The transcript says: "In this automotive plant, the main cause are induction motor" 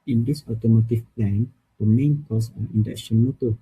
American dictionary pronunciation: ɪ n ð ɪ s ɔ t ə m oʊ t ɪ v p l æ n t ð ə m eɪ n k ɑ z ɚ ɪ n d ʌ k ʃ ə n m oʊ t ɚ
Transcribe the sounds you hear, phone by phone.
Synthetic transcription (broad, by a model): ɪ n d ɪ s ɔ t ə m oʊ t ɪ f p l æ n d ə m eɪ n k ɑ s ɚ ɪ n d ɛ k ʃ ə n m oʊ t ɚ